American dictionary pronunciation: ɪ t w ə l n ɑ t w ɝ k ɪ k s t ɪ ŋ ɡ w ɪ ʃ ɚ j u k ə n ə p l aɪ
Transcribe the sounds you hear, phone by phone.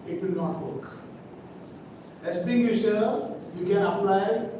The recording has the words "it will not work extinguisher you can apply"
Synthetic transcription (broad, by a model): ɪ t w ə n ɑ t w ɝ k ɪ s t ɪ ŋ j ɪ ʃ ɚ j u k ə n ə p l aɪ